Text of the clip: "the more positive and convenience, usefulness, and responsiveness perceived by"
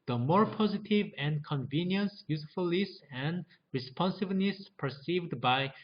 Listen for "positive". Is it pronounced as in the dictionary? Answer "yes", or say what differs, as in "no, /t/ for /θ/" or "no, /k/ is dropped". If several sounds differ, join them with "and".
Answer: yes